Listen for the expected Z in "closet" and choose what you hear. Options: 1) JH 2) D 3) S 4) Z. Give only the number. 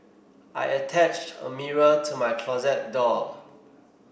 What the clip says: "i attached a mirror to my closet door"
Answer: 4